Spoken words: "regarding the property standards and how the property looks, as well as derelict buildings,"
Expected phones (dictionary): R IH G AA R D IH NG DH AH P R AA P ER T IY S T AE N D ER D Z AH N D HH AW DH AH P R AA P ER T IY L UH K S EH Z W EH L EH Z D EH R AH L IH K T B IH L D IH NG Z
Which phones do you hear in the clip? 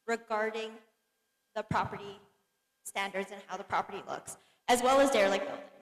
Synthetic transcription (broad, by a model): R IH G AA R D IH NG DH AH P R AA P ER T IY S T AE N D ER D Z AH N HH AW DH AH P R AA P ER T IY L UH K S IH Z W EH L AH Z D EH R L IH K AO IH